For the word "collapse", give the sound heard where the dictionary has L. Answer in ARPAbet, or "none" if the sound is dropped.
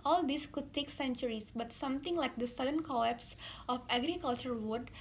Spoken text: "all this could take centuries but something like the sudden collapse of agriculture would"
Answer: none